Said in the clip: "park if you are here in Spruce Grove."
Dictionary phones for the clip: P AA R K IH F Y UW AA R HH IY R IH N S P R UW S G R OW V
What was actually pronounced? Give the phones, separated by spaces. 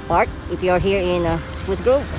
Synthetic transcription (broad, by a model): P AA R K IH F Y UW AA R HH IY R IH N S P UW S G R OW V